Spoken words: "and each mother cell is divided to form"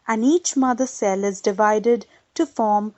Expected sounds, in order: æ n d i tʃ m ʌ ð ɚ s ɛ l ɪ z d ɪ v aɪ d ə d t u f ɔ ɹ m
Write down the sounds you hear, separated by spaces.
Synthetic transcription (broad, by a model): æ n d i tʃ m ʌ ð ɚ s ɛ l ɪ z d ɪ v aɪ d ə d t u f ɔ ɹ m